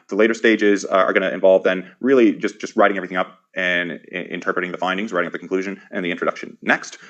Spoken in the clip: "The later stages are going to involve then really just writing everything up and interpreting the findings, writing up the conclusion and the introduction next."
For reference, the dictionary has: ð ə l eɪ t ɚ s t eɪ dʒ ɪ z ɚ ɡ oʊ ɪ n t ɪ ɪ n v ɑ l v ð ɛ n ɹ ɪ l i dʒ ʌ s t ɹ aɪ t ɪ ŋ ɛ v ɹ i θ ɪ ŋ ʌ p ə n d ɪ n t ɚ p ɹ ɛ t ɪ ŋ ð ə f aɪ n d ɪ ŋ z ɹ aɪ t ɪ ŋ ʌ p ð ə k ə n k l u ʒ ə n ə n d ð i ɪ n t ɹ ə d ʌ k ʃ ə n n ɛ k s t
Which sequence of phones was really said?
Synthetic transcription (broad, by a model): ð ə l eɪ t ɚ s t eɪ dʒ ɪ z ɚ ɡ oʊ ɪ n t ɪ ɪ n v ɑ l v ð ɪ n ɹ ɪ l i dʒ ʌ s t ɹ aɪ t ɪ ŋ ɛ v ɹ i θ ɪ ŋ ʌ p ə n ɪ n t ɚ p ɹ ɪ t ɪ ŋ ð ə f aɪ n d ɪ ŋ z ɹ aɪ t ɪ ŋ ʌ p ð ə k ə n k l u ʒ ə n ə n ð i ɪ n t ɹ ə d ʌ k ʃ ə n n ɛ k s t